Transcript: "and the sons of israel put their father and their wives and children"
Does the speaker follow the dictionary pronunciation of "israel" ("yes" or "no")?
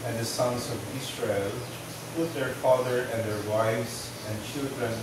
no